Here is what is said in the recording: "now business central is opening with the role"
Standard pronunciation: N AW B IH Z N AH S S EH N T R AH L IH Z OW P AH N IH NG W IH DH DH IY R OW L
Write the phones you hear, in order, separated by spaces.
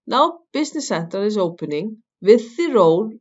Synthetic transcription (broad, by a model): N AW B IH S N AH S S EH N T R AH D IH S OW P AH N IH NG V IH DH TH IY R OW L